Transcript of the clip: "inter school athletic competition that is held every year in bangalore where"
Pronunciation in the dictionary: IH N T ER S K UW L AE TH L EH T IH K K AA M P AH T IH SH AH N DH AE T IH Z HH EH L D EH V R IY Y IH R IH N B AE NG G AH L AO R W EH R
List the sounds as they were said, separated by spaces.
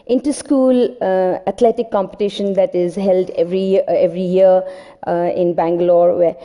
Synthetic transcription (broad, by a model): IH N T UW S K UW L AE T L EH T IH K K AA M P AH T IH SH AH N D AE T IH Z HH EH L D EH V R IY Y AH R IH N B AE NG G AH L AO R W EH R